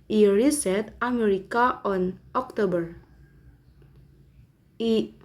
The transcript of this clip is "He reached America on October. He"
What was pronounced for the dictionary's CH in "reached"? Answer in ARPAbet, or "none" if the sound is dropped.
S